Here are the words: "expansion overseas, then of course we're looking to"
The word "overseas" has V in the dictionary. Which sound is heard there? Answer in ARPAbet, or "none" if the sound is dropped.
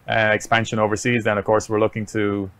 V